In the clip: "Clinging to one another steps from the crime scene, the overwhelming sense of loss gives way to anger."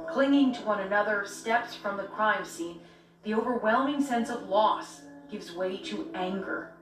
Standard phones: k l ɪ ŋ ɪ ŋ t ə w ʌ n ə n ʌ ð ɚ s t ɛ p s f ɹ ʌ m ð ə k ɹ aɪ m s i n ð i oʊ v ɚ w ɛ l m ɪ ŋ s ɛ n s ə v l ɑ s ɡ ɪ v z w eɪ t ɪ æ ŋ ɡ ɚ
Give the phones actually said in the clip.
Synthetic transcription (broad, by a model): k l ɪ ŋ ɪ ŋ t ə w ʌ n ə n ʌ ð ɚ s t ɛ p s f ɹ ʌ m ð ə k ɹ aɪ m s i n ð i oʊ v ɚ w ɛ l m ɪ ŋ s ɛ n s ə v l ɑ s ɡ ɪ v z w eɪ t ɪ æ ŋ ɡ ɚ